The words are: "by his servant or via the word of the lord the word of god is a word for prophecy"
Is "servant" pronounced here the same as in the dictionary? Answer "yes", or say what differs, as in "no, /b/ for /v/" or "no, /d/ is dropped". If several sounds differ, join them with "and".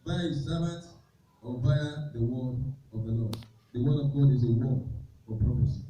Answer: no, /b/ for /v/ and /n/ is dropped